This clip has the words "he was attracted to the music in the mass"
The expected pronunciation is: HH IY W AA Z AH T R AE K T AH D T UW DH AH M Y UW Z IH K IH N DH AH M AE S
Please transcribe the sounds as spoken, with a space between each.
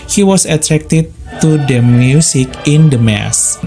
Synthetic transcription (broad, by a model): HH IY W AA S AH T R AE K T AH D T UW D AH M Y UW S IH K IH N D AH M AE S